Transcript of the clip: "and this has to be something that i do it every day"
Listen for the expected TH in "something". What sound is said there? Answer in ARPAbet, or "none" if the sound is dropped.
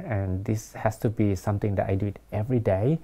T